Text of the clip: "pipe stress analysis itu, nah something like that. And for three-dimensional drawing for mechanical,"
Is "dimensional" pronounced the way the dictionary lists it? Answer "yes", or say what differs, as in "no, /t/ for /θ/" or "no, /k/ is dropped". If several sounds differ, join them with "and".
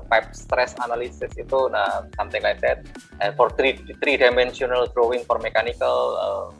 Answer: no, /s/ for /ʃ/